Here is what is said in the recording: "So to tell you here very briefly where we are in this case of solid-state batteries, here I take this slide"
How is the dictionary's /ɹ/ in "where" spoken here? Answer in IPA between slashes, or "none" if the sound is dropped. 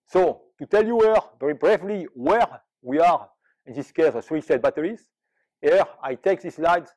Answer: /ɹ/